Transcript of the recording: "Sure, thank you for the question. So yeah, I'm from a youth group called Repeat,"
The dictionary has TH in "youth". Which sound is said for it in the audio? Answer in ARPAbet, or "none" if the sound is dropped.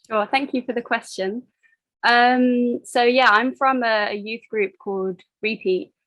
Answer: TH